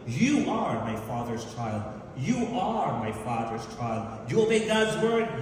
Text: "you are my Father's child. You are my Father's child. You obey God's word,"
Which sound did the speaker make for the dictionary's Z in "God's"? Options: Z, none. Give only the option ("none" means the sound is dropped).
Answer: Z